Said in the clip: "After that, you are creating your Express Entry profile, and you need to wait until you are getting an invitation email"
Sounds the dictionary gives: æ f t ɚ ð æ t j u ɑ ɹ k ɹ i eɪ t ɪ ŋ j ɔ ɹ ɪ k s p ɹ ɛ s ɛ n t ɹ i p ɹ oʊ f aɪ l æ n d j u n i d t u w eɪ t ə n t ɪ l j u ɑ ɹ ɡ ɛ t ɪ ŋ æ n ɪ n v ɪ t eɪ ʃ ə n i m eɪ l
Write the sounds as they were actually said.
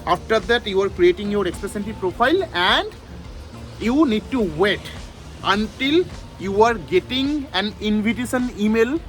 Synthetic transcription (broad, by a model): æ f t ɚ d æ t j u ɑ ɹ k ɹ i eɪ t ɪ ŋ j ɔ ɹ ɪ k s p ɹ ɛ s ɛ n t i p ɹ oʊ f aɪ l æ n d j u n i d t u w eɪ t ə n t ɪ l j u ɑ ɹ ɡ ɛ t ɪ ŋ æ n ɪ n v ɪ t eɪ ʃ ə n i m eɪ l